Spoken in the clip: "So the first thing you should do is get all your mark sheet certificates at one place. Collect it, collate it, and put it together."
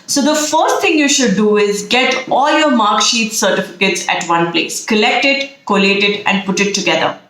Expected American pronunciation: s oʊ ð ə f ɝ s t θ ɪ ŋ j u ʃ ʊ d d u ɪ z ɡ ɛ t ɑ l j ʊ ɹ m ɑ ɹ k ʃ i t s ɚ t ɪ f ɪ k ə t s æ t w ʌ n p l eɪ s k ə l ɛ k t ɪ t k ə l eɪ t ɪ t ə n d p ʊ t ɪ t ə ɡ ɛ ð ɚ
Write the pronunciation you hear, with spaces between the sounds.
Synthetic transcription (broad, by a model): s oʊ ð ə f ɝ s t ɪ ŋ j u ʃ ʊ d d u ɪ z ɡ ɛ t ɑ l j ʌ ɹ m ɑ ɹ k ʃ i t s ɚ t ɪ f ɪ k ə t s æ t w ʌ n p l eɪ s k ə l ɛ k t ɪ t k ə l eɪ t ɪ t ə n d p ʊ t ɪ t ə ɡ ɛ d ɚ